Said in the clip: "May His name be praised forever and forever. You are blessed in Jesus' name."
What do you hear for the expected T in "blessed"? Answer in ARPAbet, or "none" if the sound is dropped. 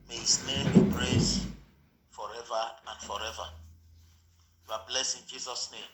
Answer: none